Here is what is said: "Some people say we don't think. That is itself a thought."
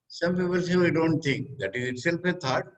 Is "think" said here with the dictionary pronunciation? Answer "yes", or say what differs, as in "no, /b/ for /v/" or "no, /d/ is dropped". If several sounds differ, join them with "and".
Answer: no, /t/ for /θ/